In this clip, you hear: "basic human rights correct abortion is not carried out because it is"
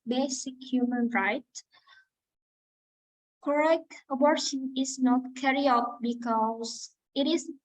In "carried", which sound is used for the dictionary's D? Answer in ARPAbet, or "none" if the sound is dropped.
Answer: none